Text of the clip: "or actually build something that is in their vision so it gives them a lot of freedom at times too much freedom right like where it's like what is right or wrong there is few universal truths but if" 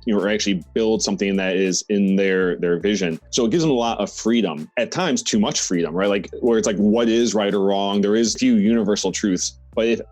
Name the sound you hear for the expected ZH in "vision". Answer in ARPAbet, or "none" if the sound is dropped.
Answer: ZH